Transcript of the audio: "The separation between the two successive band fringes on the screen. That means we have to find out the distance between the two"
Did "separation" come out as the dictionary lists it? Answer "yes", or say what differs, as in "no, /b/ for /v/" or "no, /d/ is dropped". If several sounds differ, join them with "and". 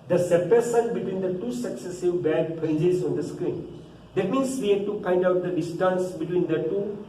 no, /s/ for /ʃ/